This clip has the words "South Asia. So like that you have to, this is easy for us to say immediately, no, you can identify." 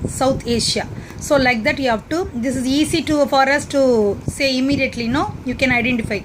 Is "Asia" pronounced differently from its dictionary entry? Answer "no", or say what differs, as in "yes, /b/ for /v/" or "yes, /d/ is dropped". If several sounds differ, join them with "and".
yes, /ʃ/ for /ʒ/